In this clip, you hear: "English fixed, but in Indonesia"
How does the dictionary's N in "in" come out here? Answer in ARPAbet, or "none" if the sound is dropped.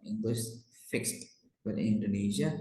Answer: L